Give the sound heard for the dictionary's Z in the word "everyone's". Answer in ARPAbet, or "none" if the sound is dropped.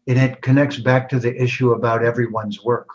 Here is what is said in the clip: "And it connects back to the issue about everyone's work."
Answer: Z